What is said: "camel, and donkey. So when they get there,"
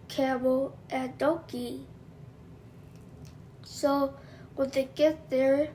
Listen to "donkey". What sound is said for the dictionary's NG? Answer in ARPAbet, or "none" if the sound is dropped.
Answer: none